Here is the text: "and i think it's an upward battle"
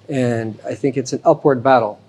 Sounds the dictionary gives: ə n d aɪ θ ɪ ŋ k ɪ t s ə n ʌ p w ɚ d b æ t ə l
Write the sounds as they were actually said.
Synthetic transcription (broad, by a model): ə n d aɪ θ ɪ ŋ k ɪ t s n ʌ p w ɚ d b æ t l